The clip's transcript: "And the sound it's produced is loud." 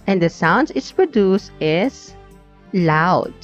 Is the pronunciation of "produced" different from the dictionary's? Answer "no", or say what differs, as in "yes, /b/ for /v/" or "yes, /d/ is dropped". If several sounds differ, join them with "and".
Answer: no